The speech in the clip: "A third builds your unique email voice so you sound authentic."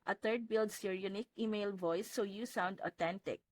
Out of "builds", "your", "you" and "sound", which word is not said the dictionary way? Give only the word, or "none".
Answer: builds